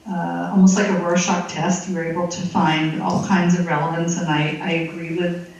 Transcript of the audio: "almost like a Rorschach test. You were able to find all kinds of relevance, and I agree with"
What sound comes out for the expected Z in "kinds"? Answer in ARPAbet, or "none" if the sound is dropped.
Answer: Z